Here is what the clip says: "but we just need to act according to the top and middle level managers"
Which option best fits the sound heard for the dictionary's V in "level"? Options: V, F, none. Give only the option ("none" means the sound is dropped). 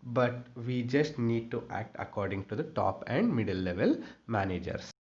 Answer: V